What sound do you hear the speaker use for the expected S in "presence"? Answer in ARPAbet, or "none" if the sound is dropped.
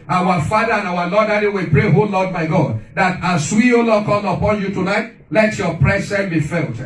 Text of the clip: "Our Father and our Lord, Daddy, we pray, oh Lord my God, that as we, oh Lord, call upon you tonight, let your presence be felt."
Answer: none